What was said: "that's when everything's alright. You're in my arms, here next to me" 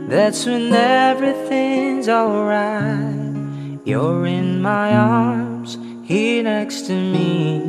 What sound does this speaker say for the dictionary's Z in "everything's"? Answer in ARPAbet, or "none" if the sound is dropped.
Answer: Z